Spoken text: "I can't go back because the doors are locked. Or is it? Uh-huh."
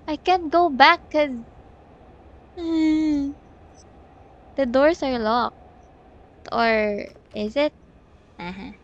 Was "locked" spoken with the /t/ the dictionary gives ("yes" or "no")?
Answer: yes